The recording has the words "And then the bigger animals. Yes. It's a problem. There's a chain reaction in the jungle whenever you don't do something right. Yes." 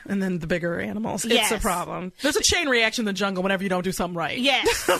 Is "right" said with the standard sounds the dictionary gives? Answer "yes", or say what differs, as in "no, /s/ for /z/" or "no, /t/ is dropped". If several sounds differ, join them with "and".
yes